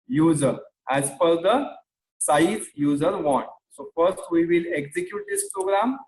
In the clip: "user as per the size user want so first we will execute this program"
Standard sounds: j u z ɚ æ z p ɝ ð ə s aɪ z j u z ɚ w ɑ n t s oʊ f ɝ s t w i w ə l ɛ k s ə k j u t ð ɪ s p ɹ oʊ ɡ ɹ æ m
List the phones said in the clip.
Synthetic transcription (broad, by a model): j u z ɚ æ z f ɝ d ə s aɪ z j u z ɚ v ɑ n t s oʊ f ɝ s t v i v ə l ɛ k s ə k j u t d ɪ s p ɹ oʊ ɡ ɹ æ m